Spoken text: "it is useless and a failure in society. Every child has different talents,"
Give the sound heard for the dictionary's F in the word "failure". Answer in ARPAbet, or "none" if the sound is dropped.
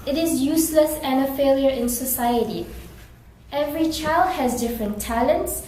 F